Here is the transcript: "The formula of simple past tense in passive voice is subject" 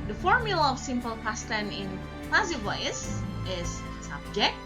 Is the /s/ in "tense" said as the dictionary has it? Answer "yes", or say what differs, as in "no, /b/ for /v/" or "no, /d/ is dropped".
no, /s/ is dropped